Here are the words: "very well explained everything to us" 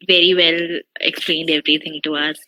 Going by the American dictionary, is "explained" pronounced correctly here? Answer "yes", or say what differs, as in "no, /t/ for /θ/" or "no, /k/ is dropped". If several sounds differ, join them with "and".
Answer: yes